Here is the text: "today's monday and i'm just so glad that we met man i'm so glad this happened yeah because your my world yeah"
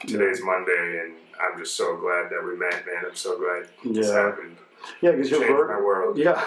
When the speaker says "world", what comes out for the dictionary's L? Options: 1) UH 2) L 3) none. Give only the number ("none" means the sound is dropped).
2